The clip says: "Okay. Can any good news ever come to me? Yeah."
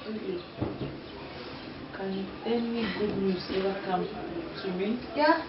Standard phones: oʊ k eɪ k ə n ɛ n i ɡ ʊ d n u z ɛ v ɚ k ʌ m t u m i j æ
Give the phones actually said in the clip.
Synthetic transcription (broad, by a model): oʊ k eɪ k ə n ɛ n i ɡ ʊ d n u s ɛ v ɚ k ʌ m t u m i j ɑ